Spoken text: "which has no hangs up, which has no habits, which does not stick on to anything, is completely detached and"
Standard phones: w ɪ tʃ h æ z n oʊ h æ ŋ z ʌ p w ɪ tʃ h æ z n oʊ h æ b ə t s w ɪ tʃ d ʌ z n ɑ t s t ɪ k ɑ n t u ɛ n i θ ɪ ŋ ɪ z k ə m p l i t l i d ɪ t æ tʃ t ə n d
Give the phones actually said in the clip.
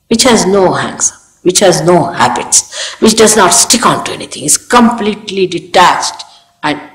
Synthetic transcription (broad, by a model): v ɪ tʃ h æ z n oʊ h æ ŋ s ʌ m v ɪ tʃ h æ z n oʊ h æ b ə t s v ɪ tʃ d ʌ z n ɑ t s t ɪ k ɑ n t u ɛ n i t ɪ ŋ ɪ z k ə m p l i t l i d ɪ t æ tʃ t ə n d